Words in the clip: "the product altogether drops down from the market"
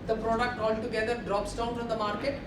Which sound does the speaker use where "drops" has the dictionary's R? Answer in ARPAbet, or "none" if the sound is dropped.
R